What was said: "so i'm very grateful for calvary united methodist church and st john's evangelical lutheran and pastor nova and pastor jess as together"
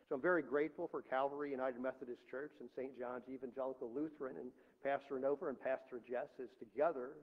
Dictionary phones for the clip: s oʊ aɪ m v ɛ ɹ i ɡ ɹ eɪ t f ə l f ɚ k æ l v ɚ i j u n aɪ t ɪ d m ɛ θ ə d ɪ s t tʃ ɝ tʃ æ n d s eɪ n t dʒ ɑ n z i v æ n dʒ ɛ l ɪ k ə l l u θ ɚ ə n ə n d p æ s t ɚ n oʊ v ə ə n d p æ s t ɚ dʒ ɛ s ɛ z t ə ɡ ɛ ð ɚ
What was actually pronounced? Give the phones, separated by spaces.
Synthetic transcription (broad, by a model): s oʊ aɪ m v ɛ ɹ i ɡ ɹ eɪ t f l f ɚ k æ l v ɚ i j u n aɪ t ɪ d m ɛ θ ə d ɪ s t tʃ ɝ tʃ n s eɪ n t dʒ ɑ n z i v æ n dʒ ɛ l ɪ k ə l l u θ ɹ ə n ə n p æ s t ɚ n oʊ v ə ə n p æ s t ɚ dʒ ɛ s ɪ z t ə ɡ ɛ ð ɚ